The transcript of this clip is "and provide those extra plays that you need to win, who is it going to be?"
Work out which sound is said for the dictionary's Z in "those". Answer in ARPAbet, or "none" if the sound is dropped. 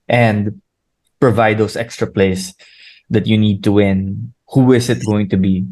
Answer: S